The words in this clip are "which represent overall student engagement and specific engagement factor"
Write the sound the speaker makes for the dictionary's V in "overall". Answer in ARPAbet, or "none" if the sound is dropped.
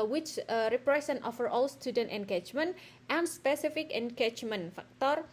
F